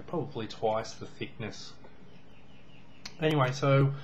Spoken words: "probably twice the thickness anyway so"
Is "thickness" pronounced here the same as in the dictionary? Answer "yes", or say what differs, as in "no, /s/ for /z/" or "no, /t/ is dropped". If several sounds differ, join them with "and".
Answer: yes